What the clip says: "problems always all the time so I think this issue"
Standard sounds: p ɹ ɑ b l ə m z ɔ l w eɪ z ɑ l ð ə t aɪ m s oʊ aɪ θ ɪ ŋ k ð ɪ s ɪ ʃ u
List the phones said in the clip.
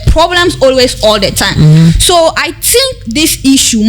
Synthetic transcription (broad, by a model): p ɹ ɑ b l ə m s ɔ l w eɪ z ɑ l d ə t aɪ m s oʊ aɪ t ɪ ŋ k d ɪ s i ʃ u